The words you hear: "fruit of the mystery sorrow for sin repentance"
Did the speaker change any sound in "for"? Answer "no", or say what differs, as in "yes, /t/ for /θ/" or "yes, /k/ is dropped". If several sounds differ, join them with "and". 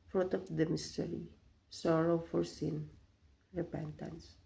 no